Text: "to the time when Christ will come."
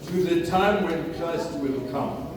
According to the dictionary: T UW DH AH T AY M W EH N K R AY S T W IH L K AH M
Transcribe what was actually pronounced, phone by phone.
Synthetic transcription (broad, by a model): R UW DH AH T AY M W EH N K L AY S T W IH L K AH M